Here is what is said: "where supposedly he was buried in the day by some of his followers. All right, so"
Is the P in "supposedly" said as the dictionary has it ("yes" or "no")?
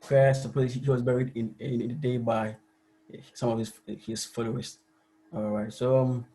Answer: no